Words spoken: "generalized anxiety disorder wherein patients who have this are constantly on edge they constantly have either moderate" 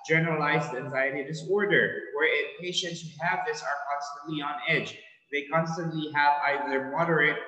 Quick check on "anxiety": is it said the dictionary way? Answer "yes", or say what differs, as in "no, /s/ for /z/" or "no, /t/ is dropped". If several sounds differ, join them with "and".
yes